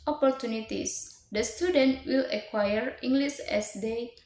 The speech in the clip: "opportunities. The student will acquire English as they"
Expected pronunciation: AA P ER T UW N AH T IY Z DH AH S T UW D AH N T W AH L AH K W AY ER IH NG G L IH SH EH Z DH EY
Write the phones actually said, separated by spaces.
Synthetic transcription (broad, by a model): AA P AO T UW N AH T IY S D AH S T UW D AH N T W AH L AH K W AY ER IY NG G L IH S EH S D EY